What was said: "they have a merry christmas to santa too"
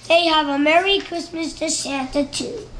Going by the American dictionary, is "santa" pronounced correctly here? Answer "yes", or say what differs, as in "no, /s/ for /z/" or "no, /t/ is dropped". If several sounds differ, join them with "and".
no, /ʃ/ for /s/